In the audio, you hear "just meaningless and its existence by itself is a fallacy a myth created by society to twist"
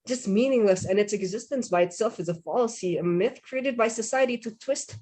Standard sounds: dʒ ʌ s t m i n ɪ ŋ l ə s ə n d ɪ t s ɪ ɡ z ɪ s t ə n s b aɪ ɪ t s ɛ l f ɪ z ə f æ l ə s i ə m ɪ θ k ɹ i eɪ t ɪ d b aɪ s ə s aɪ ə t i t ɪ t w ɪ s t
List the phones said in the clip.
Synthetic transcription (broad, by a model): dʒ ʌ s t m i n ɪ ŋ l ə s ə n ɪ t s ɪ ɡ z ɪ s t ə n s b aɪ ɪ t s ɛ l f ɪ z ə f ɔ l s i ə m ɪ θ k ɹ i eɪ t ɪ d b aɪ s ə s aɪ ə t i t ɪ t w ɪ s t